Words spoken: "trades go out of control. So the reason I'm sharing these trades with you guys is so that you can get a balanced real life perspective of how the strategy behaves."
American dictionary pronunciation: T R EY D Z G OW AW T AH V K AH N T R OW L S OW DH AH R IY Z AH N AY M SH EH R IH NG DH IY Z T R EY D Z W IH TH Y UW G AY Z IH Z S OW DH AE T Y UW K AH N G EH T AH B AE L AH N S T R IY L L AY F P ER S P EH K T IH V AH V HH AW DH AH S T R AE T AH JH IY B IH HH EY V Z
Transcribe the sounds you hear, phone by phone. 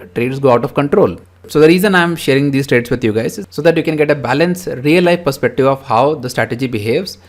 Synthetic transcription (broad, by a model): T R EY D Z G OW AW T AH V K AH N T R OW L S OW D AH R IY Z AH N AY M SH EH R IH NG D IY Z T R EY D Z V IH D Y UW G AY IH Z S OW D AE T Y UW K AH N G EH T AH B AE L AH N S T R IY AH L AY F P ER S P EH K T IH V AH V HH AW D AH S T R AE T AH JH IY B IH HH EY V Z